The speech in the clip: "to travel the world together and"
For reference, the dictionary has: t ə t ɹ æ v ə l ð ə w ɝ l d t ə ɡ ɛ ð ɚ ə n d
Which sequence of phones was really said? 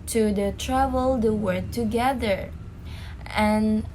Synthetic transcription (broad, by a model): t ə t ɹ æ v ə l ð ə w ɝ d t ə ɡ ɛ ð ɚ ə n